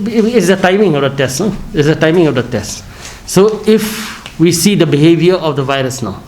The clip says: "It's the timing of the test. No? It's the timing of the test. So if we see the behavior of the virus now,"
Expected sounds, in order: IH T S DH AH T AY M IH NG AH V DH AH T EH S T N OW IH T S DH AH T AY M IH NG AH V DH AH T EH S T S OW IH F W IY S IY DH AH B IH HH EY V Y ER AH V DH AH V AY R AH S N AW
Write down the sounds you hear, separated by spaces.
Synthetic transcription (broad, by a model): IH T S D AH T AY M IH NG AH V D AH T EH S T N OW IH T S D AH T AY M IH NG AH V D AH T EH S T S OW IH F W IY S IY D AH B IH HH EY V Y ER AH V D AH V AY R AH S N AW